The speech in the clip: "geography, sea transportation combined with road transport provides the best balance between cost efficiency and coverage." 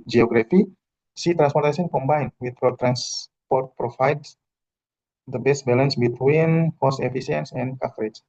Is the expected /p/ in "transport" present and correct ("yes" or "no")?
yes